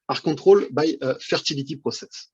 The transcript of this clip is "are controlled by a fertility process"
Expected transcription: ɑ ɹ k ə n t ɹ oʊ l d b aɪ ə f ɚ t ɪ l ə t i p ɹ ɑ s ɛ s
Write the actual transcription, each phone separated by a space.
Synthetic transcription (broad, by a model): ɑ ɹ k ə t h oʊ l b aɪ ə f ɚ t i l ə t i p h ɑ s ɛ s